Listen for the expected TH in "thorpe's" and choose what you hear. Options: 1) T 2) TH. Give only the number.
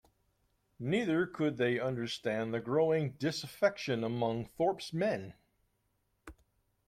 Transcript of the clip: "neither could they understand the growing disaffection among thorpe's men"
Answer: 2